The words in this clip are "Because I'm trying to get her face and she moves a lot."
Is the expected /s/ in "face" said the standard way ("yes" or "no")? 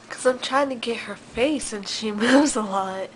yes